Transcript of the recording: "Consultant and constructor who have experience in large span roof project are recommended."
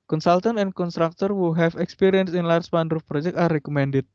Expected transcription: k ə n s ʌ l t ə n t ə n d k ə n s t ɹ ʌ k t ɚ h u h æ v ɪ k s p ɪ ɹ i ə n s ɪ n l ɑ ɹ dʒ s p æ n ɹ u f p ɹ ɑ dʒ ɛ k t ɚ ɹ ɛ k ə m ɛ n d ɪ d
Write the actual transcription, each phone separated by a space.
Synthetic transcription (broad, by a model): k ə n s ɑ l t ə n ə n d k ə n s t ɹ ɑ k t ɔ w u h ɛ f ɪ k s p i ɹ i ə n s ɪ n l ɑ ɹ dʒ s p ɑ n ɹ u f p ɹ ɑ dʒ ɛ k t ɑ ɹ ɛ k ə m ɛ n d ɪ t